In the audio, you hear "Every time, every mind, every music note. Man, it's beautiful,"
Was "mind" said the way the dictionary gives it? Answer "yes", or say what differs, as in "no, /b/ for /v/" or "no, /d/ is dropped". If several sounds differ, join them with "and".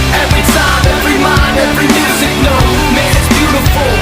no, /d/ is dropped